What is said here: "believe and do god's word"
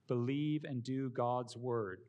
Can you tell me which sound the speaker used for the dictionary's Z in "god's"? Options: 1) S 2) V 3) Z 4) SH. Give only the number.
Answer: 3